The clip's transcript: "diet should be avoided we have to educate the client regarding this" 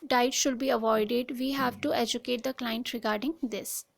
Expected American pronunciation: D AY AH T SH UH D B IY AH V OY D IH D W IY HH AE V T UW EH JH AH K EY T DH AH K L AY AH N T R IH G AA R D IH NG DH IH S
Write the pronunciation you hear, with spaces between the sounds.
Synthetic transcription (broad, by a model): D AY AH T SH UH D B IY AH V OY D IH D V IY HH AE V T UW EH JH AH K EY T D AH K L AY AH N T R IH G AA R D IH NG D IH S